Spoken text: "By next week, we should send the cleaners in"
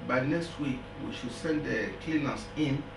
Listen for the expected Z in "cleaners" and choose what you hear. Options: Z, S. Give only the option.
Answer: S